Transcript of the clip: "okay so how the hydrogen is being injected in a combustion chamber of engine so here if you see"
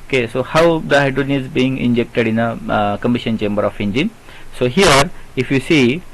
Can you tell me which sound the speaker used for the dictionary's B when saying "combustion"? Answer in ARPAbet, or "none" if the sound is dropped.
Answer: none